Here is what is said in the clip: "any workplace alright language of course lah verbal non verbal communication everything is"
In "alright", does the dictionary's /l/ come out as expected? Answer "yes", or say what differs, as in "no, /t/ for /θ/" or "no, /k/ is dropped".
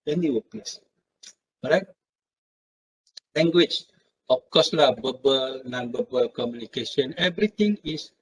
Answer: no, /l/ is dropped